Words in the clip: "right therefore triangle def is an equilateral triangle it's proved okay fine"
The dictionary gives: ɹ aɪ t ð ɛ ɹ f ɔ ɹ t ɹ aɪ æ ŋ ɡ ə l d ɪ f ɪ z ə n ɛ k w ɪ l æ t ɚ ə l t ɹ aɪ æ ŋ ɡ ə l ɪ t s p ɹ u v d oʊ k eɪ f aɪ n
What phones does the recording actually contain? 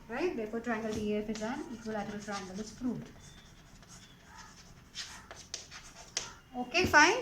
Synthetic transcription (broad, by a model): ɹ aɪ t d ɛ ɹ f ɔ ɹ t ɹ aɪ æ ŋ ɡ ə l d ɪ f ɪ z ə n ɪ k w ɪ l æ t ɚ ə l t ɹ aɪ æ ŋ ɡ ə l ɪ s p ɹ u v oʊ k eɪ f aɪ n